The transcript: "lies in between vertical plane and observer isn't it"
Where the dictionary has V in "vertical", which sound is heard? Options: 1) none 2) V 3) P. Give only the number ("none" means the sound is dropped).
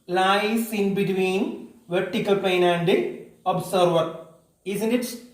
2